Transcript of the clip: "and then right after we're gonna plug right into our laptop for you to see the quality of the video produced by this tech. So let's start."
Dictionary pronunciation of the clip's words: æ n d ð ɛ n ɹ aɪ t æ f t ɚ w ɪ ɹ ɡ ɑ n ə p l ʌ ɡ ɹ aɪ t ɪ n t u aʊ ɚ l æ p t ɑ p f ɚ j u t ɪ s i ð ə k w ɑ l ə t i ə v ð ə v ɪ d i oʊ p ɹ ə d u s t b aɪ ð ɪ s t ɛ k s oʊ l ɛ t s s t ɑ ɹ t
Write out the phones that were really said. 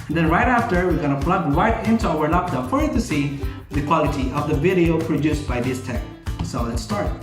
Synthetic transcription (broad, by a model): n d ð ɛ n ɹ aɪ t æ f t ɚ w ɪ ɹ ɡ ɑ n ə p l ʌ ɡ ɹ aɪ t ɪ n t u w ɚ n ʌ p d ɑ f ɚ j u t ɪ s i ð ə k w ɑ l ə t i ə v ð ə v ɪ d i oʊ p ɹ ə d u s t b aɪ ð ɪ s t ɛ k s oʊ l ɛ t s s t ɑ ɹ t